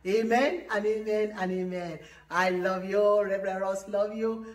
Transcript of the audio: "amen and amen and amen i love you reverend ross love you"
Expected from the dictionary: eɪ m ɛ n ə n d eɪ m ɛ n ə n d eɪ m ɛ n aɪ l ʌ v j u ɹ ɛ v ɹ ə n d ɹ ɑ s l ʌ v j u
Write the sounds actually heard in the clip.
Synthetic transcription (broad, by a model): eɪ m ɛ n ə n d eɪ m ɛ n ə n eɪ m ɛ n aɪ l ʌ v j u ɹ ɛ b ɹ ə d ɹ ɑ s l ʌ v j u